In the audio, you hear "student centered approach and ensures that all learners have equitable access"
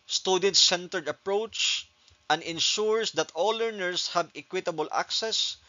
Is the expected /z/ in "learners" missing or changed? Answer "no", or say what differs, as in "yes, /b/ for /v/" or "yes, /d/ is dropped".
yes, /s/ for /z/